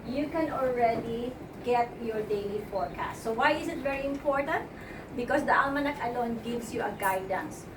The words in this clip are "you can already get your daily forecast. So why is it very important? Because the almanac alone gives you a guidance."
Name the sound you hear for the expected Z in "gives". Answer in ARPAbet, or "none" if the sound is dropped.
S